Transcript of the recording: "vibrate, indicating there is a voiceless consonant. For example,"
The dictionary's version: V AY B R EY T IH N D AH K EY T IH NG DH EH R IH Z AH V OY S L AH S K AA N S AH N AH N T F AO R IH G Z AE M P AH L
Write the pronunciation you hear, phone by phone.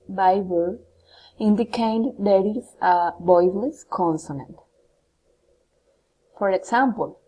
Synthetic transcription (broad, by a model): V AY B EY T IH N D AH K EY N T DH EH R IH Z AH B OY L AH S K AA N S AH N AH N T F AO R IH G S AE M P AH L